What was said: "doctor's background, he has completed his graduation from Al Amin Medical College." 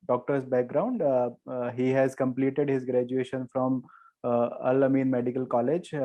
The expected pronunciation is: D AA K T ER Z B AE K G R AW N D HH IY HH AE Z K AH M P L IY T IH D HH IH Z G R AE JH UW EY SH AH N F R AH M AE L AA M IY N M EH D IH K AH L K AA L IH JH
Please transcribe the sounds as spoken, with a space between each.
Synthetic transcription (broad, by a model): D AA K T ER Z B AE K G R AW N D HH IY HH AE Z K AH M P L IY T IH D HH IH Z G R AE JH UW EY SH AH N F R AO M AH L AA M IY N M EH D IH K AH L K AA L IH JH